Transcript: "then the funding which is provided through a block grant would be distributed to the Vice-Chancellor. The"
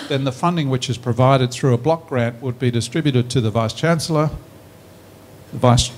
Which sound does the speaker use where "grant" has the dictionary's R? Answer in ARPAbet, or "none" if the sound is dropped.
R